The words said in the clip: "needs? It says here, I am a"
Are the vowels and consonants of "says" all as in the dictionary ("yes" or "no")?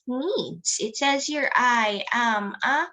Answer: yes